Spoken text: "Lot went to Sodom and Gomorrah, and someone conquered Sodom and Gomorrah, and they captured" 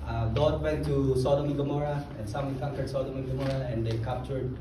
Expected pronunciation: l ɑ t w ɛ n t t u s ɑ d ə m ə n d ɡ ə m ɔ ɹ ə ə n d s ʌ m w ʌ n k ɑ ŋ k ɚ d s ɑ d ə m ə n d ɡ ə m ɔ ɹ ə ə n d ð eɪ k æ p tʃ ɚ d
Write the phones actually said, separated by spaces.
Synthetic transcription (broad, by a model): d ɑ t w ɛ n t t u s ɑ d ə m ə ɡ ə m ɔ ɹ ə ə n s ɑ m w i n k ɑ k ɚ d s ɑ d ə m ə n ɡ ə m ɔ ɹ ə ə n d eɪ k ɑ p tʃ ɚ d